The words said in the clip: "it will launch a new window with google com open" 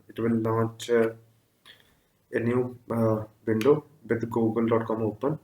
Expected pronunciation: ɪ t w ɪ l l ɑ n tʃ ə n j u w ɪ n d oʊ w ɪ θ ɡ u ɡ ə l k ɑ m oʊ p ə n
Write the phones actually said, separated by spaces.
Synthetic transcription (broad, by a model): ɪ t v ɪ l n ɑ tʃ ə n j u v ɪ n d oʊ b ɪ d ɡ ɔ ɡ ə l k ɑ m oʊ p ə n